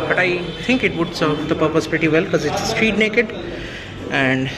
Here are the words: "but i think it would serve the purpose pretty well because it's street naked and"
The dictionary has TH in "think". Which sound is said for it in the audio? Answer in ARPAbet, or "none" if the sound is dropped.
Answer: T